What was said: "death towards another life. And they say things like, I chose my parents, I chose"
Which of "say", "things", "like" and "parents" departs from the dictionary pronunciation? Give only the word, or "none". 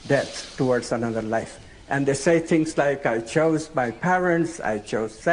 things